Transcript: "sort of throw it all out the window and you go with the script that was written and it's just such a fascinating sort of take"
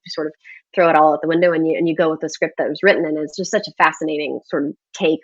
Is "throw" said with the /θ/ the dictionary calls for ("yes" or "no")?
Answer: yes